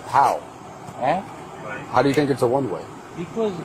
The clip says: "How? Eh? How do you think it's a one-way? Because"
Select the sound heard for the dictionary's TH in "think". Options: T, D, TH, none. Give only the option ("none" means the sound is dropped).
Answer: TH